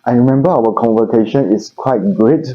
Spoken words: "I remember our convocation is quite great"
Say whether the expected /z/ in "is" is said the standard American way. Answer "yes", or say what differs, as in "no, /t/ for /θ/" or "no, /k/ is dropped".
no, /s/ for /z/